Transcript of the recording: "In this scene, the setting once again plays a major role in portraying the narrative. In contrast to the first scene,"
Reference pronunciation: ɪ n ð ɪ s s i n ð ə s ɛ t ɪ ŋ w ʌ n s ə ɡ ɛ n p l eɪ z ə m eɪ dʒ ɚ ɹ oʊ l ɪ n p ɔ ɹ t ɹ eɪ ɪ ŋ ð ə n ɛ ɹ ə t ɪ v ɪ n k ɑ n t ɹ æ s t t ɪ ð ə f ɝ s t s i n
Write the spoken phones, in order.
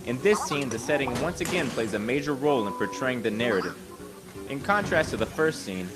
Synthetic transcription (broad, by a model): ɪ n ð ɪ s s i n ð ə s ɛ t ɪ ŋ w ʌ n s ə ɡ ɛ n p l eɪ z ə m eɪ dʒ ɚ ɹ oʊ l ɪ n p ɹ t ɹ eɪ ɪ ŋ ð ə n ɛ ɹ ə t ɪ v ɪ n k ɑ n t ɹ æ s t t ɪ ð ə f ɝ s t s i n